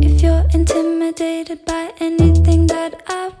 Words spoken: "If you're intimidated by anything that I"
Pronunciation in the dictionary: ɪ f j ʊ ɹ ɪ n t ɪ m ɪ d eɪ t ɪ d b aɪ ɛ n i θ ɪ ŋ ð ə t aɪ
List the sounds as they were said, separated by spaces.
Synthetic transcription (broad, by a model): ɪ f j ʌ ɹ ɪ n t ɪ m ɪ d eɪ t ɪ d b aɪ ɛ n i θ ɪ ŋ ð ə t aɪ